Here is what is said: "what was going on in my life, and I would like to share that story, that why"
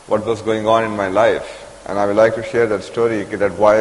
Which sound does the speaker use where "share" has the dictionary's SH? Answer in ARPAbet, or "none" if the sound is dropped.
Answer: SH